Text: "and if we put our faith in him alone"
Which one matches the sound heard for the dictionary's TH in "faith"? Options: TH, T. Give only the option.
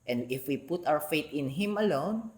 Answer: T